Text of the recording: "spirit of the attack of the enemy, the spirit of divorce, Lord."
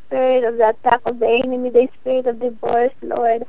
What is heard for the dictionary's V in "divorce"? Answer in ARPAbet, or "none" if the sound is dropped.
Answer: B